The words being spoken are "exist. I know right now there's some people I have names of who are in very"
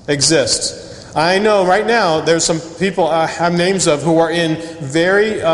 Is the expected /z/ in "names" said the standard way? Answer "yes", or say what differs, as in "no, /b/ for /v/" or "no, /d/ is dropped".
yes